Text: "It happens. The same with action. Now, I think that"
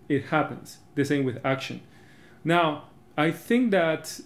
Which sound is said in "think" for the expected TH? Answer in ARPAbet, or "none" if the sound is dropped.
TH